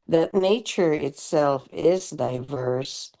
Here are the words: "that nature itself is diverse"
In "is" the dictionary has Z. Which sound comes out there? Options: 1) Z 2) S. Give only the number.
1